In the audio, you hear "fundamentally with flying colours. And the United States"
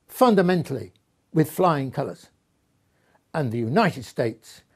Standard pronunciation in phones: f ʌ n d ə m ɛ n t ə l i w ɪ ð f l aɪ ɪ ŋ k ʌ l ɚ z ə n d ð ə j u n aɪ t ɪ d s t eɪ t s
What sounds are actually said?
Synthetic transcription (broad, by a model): f ʌ n d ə m ɛ n t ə l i w ɪ ð f l aɪ ɪ ŋ k ʌ l ɚ z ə n ð ə j u n aɪ t ɪ d s t eɪ t s